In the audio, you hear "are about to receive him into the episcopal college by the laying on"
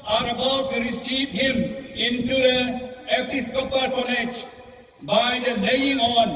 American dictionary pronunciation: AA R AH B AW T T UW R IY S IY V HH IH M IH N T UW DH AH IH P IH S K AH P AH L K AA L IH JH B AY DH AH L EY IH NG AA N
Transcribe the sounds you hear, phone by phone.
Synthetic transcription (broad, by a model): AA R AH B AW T T UW R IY S IY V HH IH M IH N T UW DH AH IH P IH S K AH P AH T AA N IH CH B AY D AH L EY IH NG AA N